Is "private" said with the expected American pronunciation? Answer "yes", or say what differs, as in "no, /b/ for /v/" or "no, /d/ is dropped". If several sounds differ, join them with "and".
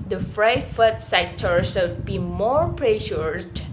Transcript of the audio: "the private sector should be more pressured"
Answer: no, /f/ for /p/ and /f/ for /v/